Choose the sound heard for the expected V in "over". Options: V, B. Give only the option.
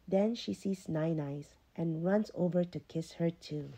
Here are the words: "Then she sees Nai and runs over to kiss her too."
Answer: V